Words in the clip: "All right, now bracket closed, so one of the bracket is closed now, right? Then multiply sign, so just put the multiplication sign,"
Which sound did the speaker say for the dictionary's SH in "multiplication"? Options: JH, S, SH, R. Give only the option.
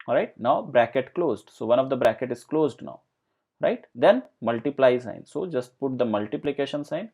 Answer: SH